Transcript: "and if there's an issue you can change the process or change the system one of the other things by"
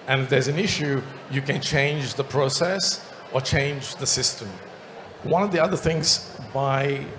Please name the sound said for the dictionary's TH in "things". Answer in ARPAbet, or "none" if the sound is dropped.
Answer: TH